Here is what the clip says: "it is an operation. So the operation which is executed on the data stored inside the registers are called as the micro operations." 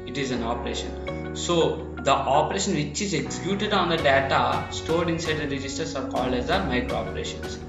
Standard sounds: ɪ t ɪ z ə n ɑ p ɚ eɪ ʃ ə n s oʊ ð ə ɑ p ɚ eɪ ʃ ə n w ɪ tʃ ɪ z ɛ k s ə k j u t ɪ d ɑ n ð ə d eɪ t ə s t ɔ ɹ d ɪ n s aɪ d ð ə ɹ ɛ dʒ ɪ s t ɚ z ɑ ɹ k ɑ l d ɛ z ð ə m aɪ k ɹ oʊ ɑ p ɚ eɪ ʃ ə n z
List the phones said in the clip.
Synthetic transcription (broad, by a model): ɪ t ɪ z ə n ɑ p ɚ eɪ ʃ ə n s oʊ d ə ɑ p ɚ eɪ ʃ ə n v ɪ tʃ ɪ z ɛ k s ə k j u t ɪ d ɑ n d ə d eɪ t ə s t ɔ ɹ d ɪ n s aɪ d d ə ɹ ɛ dʒ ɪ s t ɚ s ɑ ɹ k ɑ l d ɛ z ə m aɪ k ɹ oʊ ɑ p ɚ eɪ ʃ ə n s